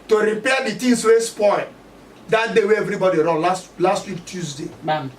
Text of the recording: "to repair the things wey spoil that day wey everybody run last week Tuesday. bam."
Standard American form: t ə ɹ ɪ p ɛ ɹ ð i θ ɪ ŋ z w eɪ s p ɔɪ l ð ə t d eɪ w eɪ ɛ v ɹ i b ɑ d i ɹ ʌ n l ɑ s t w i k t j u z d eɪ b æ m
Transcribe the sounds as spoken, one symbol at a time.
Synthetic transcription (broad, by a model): t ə ɹ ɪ p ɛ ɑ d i t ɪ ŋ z w eɪ s p ɔɪ l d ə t d eɪ w eɪ ɛ v ɹ i b ɑ d i ɹ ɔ n l ɑ s t w i k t j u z d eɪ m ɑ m